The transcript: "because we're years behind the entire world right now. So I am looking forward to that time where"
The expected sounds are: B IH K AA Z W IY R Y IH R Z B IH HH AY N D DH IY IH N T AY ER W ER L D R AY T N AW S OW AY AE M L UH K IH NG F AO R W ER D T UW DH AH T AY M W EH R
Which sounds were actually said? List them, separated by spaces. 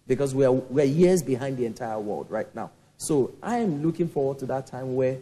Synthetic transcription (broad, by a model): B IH K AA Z W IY W Y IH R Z B IH HH AY N D DH IY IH N T AY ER W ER L D R AY T N AW S OW AY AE M L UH K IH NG F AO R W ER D T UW DH AH T AY M W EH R